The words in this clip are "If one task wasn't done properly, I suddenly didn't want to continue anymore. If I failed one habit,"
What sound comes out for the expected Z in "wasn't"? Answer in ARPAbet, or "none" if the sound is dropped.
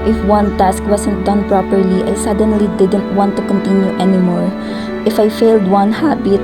S